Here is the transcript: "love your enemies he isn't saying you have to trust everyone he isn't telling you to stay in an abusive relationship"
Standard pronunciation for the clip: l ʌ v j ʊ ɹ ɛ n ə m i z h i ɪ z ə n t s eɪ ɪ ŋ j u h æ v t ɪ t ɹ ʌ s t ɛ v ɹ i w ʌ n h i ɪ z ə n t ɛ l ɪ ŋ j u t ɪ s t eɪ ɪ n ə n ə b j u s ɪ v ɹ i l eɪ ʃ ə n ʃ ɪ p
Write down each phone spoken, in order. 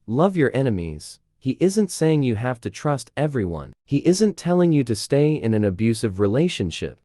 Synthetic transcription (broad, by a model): l ʌ v j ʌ ɹ ɛ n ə m i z h i ɪ z ə n t s eɪ ɪ ŋ j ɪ h æ f t ɪ t ɹ ʌ s t ɛ v ɹ i w ʌ n h i ɪ z ə n t ɛ l ɪ ŋ j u t ɪ s t eɪ ɪ n ə n ə b j u s ɪ v ɹ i l eɪ ʃ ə n ʃ ɪ p